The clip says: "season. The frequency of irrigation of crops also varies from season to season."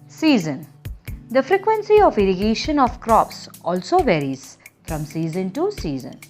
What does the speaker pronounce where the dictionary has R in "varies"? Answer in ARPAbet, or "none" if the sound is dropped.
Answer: R